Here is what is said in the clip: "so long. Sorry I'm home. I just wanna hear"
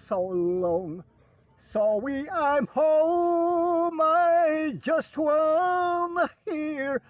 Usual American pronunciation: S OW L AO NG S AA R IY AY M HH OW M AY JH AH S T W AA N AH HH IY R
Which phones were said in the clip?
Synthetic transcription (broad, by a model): S OW L AO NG S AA W IY AY M HH OW M AY JH AH S T W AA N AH HH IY R